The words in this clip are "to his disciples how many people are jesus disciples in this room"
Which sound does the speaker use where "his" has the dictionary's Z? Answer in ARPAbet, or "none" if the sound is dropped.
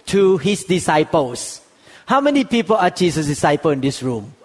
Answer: S